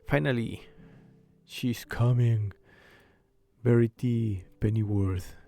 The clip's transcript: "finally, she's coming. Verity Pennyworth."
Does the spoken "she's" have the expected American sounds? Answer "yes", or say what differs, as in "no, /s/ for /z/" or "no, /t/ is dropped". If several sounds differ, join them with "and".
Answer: no, /s/ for /z/